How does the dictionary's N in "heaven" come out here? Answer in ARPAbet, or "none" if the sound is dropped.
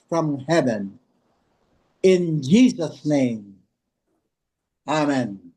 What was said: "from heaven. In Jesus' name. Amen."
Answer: N